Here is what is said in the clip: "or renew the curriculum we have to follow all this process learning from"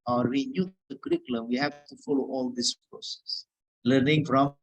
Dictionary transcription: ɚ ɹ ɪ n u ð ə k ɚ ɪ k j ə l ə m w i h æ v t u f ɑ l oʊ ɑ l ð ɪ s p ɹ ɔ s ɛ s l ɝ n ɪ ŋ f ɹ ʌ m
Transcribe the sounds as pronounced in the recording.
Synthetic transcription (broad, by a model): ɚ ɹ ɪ n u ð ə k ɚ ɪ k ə l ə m w i h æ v t u f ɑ l oʊ ɑ l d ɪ s p ɹ ɔ s ɛ s l ɝ n ɪ ŋ f ɹ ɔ m